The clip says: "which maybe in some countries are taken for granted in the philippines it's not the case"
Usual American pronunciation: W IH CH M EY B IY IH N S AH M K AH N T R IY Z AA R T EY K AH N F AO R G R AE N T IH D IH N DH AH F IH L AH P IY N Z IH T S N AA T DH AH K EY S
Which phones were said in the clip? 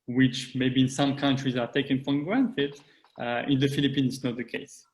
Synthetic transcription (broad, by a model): W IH CH M EY B IY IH N S AH M K AH N T R IY Z AA R T EY K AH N F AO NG G R AE N T IH D IH N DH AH F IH L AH P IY N IH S N AA T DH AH K EY S